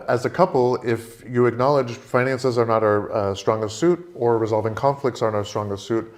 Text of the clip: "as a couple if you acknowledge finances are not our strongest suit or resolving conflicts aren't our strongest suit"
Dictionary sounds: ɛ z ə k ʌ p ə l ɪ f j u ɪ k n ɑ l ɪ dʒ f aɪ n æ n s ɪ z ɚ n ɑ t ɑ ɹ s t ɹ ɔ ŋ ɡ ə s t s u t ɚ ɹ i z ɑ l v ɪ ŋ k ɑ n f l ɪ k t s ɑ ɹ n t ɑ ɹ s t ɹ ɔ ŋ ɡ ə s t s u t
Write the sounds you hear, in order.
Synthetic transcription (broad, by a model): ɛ z ə k ʌ p l ɪ f j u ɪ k n ɑ l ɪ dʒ f aɪ n æ n s ɪ z ɚ n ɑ t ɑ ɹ s t ɹ ɔ ŋ ɡ ə s t s u t ɚ ɹ i z ɑ l v ɪ ŋ k ɑ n f l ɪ k t s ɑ ɹ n ɑ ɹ s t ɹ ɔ ŋ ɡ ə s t s u t